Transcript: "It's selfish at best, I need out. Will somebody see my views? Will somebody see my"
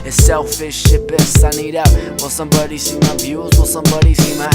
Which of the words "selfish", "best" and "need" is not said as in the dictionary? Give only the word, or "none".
best